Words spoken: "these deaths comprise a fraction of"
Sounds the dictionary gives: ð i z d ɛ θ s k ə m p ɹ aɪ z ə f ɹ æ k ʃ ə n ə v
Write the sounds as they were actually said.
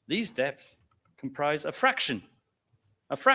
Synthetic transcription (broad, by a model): ð i z d ɛ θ s k ə m p ɹ aɪ z ə f ɹ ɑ k ʃ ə n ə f